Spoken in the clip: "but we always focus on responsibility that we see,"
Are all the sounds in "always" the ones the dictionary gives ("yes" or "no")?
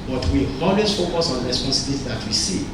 no